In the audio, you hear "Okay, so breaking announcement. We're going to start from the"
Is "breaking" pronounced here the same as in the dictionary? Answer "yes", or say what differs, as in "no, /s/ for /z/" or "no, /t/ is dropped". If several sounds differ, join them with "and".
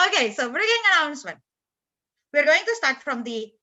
no, /k/ is dropped